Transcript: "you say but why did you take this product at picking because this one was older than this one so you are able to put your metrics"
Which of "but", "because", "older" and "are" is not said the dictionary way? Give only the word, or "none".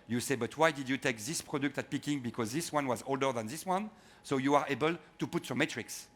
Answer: none